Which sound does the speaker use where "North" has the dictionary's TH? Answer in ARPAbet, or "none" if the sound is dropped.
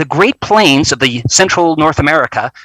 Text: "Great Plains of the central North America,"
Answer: TH